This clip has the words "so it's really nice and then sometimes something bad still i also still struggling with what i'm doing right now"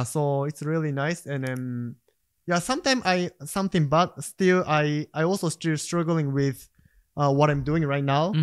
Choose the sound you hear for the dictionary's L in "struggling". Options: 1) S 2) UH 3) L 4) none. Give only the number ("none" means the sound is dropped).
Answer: 3